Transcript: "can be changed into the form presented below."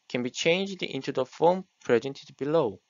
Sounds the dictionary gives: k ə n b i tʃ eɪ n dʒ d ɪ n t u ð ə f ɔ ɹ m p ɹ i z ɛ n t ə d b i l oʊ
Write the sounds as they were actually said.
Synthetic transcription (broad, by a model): k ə n b i tʃ eɪ n dʒ d ɪ n t u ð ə f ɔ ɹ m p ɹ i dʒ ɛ n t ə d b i l oʊ